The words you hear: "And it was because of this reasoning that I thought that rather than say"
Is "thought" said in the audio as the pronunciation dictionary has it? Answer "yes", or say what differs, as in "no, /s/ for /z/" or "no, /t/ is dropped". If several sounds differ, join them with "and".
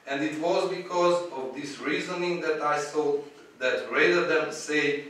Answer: no, /s/ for /θ/